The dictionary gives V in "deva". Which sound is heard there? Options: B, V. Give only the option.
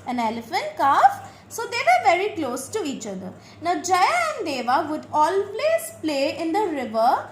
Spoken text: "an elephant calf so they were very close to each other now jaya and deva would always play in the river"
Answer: V